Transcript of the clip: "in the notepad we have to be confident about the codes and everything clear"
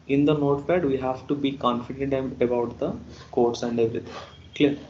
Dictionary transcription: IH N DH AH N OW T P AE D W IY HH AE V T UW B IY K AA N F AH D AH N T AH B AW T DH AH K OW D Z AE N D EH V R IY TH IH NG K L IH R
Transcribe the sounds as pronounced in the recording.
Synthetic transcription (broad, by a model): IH N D AH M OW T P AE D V IY HH AE V T UW B IY K AA N F AH D AH N T AH B AW T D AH K OW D S AE N D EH V R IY T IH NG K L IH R